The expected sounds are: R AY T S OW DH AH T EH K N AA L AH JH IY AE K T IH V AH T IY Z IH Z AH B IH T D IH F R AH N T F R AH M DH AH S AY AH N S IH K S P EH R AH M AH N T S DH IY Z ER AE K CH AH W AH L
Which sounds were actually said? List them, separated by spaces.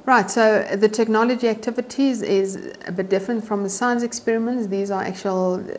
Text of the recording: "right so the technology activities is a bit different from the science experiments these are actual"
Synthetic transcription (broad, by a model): R AY T S OW DH AH T EH K N AA L AH JH IY AE K T IH V AH T IY Z IH Z AH B IH T D IH F R AH N T F R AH M DH AH S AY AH N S IH K S P EH R AH M AH N T S DH IY Z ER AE K CH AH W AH L